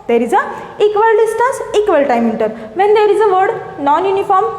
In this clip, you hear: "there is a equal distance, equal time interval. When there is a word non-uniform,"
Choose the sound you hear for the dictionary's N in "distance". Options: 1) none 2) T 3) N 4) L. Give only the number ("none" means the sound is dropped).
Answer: 1